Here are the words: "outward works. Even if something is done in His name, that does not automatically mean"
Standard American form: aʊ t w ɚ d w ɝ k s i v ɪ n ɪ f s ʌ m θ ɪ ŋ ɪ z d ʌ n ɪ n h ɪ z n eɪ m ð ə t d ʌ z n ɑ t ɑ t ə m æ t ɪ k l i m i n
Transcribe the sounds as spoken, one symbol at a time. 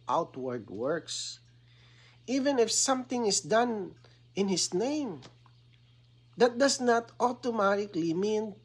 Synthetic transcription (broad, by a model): aʊ t w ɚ d w ɝ k s i v ɪ n ɪ f s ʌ m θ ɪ ŋ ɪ s d ʌ n ɪ n h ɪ s n eɪ m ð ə t d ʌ s n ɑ t ɑ t ə m æ t ɪ k l i m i n